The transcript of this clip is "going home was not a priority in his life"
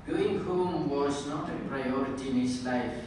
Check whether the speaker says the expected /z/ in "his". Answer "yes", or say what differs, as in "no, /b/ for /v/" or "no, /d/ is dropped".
no, /s/ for /z/